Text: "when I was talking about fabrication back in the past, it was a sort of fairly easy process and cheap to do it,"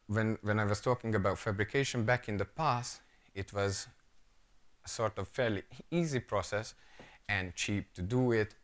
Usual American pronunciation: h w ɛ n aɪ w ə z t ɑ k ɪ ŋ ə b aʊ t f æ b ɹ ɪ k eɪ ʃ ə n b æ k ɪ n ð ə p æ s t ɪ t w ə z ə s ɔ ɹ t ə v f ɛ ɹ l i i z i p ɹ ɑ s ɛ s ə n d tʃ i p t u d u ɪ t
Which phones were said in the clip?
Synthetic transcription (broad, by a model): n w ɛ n aɪ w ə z t ɑ k ɪ ŋ ə b aʊ t f æ b ɹ ɪ k eɪ ʃ ə n b æ k ɪ n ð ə p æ s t ɪ t w ə z ə s ɔ ɹ t ə v f ɛ ɹ l i i z i p ɹ ɑ s ɛ s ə n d tʃ i p t u d u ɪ t